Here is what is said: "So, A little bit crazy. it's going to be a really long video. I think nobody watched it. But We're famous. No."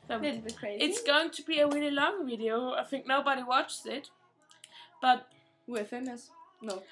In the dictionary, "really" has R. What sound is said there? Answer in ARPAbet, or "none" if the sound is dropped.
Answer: W